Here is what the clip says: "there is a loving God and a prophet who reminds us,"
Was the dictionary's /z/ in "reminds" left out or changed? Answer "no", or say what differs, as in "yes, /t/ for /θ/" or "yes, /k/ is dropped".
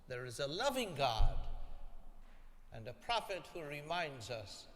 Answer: no